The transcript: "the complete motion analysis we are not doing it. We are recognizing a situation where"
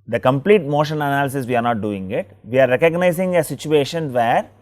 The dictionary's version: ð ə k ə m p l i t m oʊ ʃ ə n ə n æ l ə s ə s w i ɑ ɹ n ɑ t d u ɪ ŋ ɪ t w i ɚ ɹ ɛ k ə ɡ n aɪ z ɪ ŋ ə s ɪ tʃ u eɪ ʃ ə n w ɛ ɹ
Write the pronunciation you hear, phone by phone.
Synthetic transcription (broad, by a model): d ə k ə m p l i t m oʊ ʃ ə n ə n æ l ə s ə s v i ɑ ɹ n ɑ t d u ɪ ŋ ɪ t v i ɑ ɹ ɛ k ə ɡ n aɪ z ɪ ŋ ə s ɪ tʃ u eɪ ʃ ə n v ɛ ɹ